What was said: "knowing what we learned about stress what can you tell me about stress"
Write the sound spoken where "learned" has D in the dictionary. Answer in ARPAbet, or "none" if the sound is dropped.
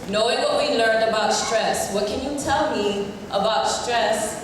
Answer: D